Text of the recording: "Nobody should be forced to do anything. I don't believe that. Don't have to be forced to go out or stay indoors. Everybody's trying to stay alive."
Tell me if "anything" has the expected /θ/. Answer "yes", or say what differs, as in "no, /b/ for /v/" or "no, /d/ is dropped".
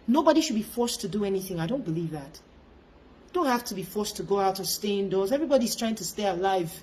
yes